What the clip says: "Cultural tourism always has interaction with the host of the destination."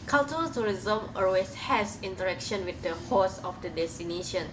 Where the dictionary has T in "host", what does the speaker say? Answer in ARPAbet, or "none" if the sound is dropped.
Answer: none